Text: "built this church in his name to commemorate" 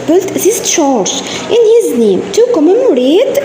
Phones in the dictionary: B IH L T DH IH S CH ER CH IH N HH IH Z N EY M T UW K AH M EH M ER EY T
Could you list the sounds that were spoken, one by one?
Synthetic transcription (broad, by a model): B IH L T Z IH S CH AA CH IH N HH IH Z N EY M T UW K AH M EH M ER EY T